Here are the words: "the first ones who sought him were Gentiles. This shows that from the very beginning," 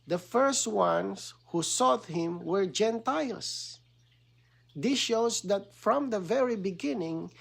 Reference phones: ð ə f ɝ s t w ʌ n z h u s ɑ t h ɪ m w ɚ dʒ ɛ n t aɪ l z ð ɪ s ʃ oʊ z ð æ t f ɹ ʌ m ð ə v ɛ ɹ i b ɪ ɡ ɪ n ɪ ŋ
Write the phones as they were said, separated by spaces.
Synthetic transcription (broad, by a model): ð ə f ɝ s t w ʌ n s h u s ɑ t h ɪ m w ɚ dʒ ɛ n t aɪ l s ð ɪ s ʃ oʊ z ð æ t f ɹ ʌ m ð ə v ɛ ɹ i b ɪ ɡ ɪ n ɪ ŋ